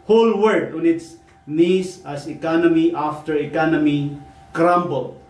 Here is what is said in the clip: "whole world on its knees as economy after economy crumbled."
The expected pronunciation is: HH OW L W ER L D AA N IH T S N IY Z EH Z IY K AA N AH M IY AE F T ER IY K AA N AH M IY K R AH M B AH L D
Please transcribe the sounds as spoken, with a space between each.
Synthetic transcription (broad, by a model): HH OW L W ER D AA N IH T S N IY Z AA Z IY K AA N AH M IY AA F T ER IY K AA N AH M IY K R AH M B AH L